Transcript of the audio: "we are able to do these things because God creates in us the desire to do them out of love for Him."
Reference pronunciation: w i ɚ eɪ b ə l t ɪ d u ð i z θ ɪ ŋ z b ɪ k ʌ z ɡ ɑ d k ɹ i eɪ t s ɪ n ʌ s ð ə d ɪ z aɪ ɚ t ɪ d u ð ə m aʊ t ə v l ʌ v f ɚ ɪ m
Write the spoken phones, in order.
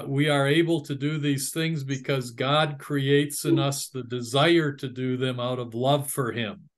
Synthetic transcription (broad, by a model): w i ɚ eɪ b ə l t ɪ d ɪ ð i z θ ɪ ŋ z b ɪ k ʌ z ɡ ɑ d k ɹ i eɪ t s ɪ n ʌ s ð ə d ɪ z aɪ ɚ t ɪ d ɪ ð ə m aʊ t ə v l ʌ v f ɚ ɪ m